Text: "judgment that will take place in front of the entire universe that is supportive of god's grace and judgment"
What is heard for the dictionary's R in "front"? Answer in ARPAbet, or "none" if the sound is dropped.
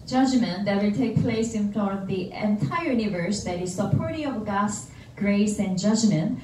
none